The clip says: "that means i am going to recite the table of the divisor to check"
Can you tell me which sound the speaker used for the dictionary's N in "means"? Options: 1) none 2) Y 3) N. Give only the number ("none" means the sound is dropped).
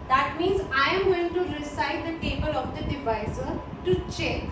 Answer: 3